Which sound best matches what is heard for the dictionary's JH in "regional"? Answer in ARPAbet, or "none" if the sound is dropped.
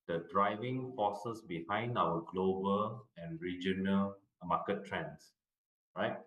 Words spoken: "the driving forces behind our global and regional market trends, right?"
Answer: JH